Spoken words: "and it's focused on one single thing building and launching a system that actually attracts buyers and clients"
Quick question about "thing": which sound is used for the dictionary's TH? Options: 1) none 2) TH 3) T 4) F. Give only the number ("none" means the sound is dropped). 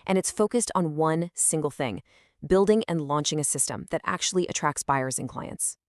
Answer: 2